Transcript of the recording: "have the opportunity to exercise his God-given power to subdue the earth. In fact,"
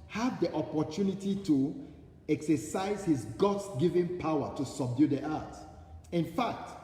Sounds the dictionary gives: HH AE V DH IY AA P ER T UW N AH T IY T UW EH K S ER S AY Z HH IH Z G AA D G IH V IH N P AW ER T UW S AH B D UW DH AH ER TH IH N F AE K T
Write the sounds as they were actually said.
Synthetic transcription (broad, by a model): HH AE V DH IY AA P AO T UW N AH T IY T UW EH K S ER S AY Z HH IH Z G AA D G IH V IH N P AW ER T UW S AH B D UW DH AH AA T IH N F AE K T